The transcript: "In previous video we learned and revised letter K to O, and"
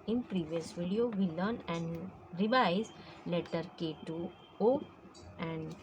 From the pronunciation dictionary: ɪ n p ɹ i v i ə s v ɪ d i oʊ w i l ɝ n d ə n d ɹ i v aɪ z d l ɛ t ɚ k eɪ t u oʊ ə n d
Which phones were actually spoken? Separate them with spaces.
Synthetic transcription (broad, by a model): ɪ n p ɹ i v i ə s v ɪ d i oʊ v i l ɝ n ə n d ɹ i v aɪ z l ɛ t ɚ k eɪ t u oʊ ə n d